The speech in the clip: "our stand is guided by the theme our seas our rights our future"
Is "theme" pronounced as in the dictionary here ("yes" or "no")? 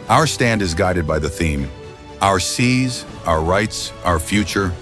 yes